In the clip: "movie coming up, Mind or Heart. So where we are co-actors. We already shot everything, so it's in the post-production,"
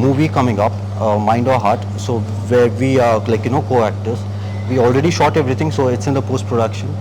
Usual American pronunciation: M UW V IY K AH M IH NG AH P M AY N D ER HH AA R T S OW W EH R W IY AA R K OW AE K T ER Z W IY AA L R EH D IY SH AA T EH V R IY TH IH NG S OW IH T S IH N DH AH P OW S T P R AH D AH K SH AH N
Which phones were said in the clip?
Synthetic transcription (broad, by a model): M UW V IY K AH M IH NG AH P M AY N D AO HH AA R T S OW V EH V IY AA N K OW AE K T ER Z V IY AA L R EH D IY SH AA T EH V R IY T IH NG S OW IH T S IH N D AH P OW S T P R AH D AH K SH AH N